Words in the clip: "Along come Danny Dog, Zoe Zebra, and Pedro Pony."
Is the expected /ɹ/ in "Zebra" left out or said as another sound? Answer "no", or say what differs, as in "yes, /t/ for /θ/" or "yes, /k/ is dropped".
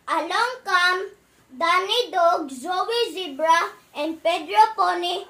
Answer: no